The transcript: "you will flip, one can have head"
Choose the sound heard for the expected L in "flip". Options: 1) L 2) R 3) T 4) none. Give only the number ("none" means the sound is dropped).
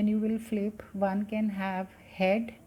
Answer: 1